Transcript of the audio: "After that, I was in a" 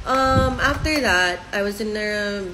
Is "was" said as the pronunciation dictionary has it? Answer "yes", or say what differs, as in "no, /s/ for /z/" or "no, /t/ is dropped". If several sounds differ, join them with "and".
yes